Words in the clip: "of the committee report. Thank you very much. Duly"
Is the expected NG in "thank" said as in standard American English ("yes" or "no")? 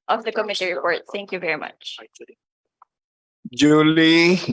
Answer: yes